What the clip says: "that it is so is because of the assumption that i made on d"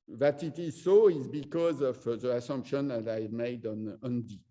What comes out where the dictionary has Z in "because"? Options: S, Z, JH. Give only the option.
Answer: Z